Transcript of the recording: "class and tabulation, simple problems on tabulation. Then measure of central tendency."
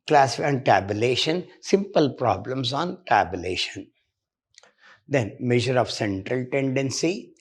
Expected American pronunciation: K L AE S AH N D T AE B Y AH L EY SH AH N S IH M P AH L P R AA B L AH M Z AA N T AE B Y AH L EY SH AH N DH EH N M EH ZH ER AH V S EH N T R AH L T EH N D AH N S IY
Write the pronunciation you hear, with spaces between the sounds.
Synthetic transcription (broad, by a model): K L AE S AH N D T AE B Y AH L EY SH AH N S IH M P AH L P R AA B L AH M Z AA N T AE B Y AH L EY SH AH N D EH N M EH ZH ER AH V S EH N T R AH L T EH N D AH N S IY